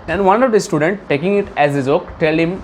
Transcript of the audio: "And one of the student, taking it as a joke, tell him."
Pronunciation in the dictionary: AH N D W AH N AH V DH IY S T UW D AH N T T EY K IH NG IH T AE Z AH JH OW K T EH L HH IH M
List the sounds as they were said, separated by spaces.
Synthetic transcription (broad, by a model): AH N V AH N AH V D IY S T UW D AH N T T EY K IH NG IH T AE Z AH Z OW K T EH L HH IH M